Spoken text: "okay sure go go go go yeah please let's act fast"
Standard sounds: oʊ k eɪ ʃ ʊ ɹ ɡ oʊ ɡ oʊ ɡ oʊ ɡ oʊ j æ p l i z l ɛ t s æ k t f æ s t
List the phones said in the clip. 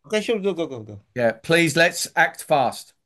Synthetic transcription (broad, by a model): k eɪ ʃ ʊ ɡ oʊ ɡ oʊ ɡ oʊ ɡ oʊ j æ p l i z l ɛ t s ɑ k t f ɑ s t